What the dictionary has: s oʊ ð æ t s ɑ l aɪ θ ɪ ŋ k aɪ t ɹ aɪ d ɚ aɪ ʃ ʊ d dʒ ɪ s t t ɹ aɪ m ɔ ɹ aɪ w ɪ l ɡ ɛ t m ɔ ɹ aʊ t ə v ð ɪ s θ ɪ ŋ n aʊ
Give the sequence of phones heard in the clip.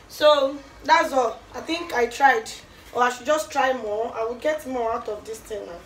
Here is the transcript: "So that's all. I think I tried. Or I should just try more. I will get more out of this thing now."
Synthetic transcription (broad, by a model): s oʊ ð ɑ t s ɑ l aɪ θ ɪ ŋ k aɪ t ɹ aɪ d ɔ aɪ ʃ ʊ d dʒ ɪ s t t ɹ aɪ m ɔ aɪ w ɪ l ɡ ɛ t m ɔ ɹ aʊ t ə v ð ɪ s t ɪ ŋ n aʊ